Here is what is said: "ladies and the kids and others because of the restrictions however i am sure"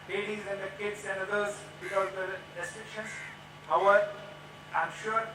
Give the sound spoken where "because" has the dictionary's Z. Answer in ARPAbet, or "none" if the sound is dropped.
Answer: none